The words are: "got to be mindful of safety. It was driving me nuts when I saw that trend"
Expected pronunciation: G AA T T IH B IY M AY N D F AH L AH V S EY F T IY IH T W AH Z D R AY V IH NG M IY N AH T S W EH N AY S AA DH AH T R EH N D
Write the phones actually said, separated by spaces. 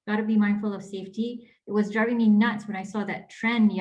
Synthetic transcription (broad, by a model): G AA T T IH B IY M AY N D F AH L AH V S EY F T IY IH T W AH Z D R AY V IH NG M IY N AH T S W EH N AY S AA DH AH T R EH N